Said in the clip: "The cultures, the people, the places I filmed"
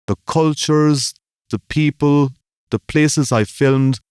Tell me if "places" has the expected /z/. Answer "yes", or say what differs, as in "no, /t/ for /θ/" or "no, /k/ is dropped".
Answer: yes